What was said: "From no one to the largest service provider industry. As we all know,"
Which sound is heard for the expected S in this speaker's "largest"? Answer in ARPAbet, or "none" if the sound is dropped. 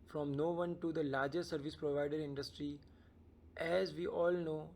none